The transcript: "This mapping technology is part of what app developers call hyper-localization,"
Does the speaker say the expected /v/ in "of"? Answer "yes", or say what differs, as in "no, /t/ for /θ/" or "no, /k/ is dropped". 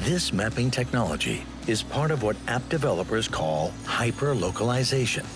yes